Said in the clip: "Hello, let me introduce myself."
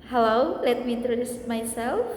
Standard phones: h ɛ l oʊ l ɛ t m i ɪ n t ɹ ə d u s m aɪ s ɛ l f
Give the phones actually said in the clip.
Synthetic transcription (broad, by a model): h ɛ l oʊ l ɛ t m i ɪ n t ɹ ə d u s m aɪ s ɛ l f